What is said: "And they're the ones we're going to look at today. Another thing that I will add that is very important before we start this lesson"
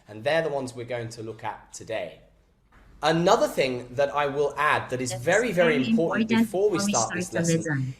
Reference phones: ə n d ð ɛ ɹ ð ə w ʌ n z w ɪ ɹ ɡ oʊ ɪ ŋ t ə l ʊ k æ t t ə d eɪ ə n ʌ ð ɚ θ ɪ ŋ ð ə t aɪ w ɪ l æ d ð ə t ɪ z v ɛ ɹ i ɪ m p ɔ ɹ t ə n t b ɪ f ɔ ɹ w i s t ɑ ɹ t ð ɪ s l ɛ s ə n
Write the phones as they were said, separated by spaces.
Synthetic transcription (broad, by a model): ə n ð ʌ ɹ ð ə w ʌ n z w ɪ ɹ ɡ oʊ ɪ ŋ t ə l ʊ k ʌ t t ə d eɪ ə n ʌ ð ɚ θ ɪ ŋ ð ə t aɪ w ɪ l æ d ð ə t ɪ z v ɛ ɹ i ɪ m p ɔ ɹ t n b ɪ f ɔ ɹ w i s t ɑ ɹ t ð ɪ s l ɛ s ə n